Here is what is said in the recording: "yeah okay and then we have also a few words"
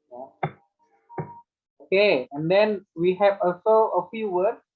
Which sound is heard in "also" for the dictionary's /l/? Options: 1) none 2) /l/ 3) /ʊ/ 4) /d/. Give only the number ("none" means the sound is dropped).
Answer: 2